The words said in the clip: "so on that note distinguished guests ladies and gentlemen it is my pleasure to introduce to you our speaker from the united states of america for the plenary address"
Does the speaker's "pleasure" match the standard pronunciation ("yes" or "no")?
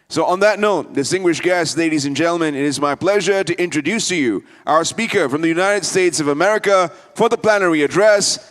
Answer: yes